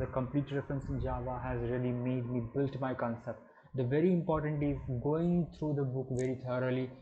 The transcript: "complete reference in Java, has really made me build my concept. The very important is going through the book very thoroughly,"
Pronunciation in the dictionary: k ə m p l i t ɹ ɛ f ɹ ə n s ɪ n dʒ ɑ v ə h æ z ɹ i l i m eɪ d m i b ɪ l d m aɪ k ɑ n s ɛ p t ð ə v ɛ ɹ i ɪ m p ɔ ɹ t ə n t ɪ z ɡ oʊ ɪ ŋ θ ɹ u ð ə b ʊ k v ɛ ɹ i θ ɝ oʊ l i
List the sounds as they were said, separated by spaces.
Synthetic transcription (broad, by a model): k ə m p l i t ɹ ɛ f ɹ ə n s ɪ n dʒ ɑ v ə h æ z ɹ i l i m eɪ d m i b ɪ l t m aɪ k ɑ n s ɛ p t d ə v ɛ ɹ i ɪ m p ɔ ɹ t ə n t ɪ z ɡ oʊ ɪ ŋ t ɹ u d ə b ʊ k v ɛ ɹ i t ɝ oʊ l i